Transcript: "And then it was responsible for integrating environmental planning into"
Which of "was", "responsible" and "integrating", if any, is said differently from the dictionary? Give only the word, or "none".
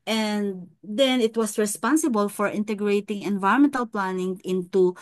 was